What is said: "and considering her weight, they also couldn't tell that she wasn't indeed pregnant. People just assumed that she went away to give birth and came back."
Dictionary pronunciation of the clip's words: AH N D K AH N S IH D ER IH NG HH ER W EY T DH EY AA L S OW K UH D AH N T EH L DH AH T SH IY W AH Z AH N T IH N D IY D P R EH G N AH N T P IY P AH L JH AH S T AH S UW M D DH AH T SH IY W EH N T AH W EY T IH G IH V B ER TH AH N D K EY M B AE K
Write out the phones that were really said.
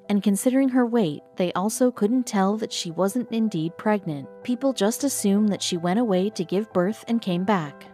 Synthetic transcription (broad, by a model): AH N K AH N S IH D ER IH NG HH ER W EY T DH EY AA L S OW K UH D N T EH L DH AH T SH IY W AH Z AH N T IH N D IY D P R EH G N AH N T P IY P L JH AH S T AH S UW M DH AH T SH IY W EH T AH W EY T IH G IH V B ER TH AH N K EY M B AE K